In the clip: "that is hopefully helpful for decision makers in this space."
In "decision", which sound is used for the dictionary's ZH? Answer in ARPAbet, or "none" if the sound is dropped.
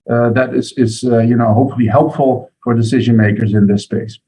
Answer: ZH